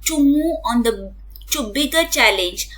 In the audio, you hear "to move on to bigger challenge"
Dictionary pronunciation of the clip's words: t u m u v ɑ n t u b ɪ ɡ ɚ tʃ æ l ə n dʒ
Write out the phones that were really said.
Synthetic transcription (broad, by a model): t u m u ɑ n t u b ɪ ɡ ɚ tʃ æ l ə n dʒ